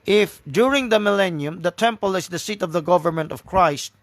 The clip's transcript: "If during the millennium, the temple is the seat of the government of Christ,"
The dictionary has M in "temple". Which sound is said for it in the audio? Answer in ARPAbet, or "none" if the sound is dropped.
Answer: M